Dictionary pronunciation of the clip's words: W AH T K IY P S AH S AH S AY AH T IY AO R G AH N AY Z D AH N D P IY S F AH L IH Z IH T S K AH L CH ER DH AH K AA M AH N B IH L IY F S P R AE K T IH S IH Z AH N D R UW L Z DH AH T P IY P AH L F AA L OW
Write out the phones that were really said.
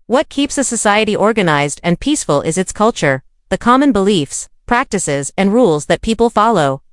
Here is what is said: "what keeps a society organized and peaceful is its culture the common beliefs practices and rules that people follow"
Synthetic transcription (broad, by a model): W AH T K IY P S AH S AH S AY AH T IY AO R G AH N AY Z D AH N P IY S F AH L IH Z IH T S K AH L CH ER DH AH K AA M AH N B IH L IY F S P R AE K T IH S IH Z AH N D R UW L Z DH AH T P IY P L F AA L OW